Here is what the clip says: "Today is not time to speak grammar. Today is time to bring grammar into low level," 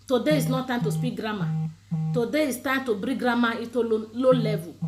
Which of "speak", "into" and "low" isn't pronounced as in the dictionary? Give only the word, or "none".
into